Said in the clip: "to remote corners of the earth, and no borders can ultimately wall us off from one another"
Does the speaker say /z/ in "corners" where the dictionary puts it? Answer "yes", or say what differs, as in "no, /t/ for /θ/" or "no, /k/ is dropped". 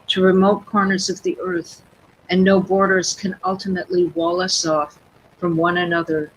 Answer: yes